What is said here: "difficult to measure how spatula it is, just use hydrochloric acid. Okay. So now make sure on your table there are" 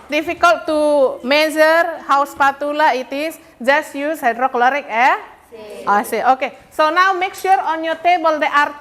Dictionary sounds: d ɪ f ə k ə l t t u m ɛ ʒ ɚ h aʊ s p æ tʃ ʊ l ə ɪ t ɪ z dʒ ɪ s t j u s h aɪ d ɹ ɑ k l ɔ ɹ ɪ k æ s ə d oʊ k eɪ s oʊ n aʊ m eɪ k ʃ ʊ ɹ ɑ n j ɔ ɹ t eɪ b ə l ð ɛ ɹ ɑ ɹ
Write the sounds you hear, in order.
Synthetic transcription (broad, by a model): d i f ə k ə l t t u m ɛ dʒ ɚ h aʊ s p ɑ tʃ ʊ l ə ɪ t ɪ s dʒ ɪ s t j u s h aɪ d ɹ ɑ k l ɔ ɹ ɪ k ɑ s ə oʊ k eɪ s oʊ n aʊ m eɪ k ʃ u ɹ ɑ n j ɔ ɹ t eɪ b ə l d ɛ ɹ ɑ ɹ